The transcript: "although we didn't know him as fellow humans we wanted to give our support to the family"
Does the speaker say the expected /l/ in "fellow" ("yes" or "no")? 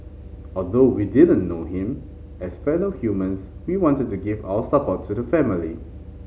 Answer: no